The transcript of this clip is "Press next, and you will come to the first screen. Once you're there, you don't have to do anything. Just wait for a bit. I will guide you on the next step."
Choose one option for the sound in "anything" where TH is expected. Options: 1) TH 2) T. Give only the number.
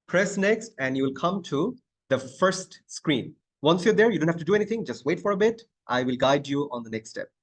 2